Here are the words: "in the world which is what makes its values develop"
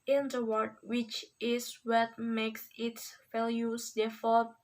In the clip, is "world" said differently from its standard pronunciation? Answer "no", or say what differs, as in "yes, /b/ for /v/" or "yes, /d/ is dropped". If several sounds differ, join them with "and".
yes, /l/ is dropped